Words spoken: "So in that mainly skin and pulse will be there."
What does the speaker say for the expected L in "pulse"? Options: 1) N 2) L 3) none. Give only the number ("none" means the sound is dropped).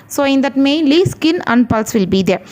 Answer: 2